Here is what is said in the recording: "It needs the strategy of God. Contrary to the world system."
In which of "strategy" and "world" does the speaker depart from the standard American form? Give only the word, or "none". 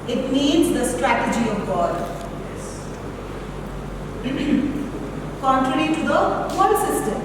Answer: world